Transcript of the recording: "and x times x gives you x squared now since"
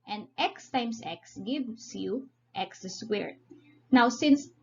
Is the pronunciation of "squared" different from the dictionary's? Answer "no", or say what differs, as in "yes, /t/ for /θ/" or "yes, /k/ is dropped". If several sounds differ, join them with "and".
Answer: yes, /k/ is dropped